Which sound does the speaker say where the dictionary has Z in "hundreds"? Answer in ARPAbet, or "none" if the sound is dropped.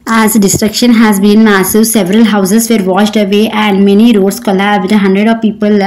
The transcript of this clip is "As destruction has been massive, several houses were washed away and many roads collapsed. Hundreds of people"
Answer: none